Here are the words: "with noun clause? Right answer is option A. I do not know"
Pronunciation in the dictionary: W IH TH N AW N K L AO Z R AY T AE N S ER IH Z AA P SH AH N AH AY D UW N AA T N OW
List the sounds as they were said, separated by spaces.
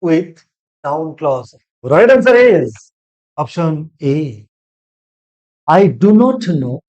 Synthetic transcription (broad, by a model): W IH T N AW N K L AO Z R AY T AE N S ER IH Z AA P SH AH N AH AY D UW N AA T N OW